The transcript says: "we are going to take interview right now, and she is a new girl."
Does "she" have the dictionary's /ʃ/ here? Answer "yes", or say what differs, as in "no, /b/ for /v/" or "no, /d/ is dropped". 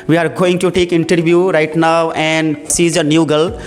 no, /s/ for /ʃ/